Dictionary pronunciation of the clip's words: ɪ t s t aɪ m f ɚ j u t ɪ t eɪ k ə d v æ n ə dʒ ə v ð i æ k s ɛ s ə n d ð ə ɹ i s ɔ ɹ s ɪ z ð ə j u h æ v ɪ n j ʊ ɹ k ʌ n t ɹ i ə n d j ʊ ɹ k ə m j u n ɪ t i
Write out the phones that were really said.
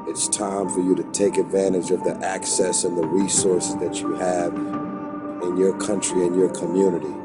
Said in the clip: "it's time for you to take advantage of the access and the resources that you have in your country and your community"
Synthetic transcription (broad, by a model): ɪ t s t aɪ m f ɚ j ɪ t ɪ t eɪ k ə d v æ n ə dʒ ə v ð i æ k s ɛ s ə n ð ə ɹ i s ɔ ɹ s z ð ə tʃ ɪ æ v ɪ n j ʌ ɹ k ʌ n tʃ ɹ i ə n j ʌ ɹ k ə m j u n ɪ t i